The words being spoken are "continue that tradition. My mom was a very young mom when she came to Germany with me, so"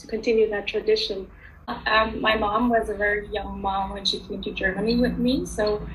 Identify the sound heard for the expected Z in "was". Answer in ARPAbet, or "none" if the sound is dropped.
Z